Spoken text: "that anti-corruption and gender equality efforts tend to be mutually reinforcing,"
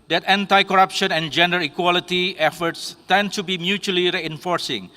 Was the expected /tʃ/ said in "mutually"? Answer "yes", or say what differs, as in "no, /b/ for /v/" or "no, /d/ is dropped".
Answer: yes